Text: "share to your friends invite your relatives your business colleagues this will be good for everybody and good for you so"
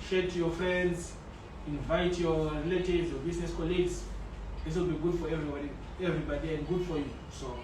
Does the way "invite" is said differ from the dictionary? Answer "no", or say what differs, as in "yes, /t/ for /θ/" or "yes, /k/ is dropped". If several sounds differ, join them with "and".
no